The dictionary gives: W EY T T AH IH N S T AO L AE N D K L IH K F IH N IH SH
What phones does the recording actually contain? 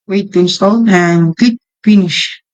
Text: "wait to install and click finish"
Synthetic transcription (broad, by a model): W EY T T IH N S T AO L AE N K IH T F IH N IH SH